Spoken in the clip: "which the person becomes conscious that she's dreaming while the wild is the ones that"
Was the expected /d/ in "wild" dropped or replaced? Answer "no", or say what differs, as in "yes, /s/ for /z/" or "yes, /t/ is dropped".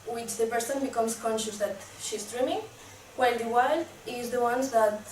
yes, /d/ is dropped